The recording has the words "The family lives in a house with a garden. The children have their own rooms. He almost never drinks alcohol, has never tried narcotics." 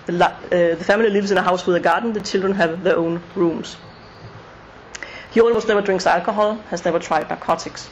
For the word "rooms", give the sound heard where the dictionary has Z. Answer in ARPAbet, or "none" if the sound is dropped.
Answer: S